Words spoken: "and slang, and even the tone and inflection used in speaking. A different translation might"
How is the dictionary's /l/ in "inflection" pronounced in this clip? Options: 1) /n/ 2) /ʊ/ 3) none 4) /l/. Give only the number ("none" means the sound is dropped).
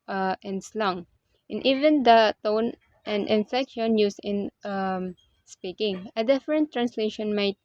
3